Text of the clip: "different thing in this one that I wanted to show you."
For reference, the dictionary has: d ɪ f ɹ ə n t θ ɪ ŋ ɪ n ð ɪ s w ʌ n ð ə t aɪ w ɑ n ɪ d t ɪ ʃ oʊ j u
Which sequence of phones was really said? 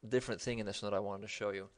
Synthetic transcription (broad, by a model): d ɪ f ɹ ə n θ ɪ ŋ ɪ n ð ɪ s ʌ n ð ə t aɪ w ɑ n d t ɪ ʃ oʊ j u